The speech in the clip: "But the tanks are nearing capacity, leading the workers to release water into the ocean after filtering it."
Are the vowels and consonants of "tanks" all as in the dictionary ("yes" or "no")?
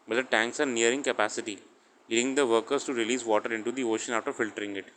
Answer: yes